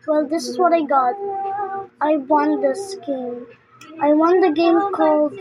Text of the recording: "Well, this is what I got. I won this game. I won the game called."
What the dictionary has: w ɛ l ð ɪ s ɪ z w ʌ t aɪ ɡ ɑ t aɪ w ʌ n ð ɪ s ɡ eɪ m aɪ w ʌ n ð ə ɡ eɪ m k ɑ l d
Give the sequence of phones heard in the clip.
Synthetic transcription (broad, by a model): w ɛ l ð ɪ s ɪ z w ʌ t aɪ ɡ ɑ t aɪ w ʌ n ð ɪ s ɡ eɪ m aɪ w ʌ n ð ə ɡ eɪ m k ɑ l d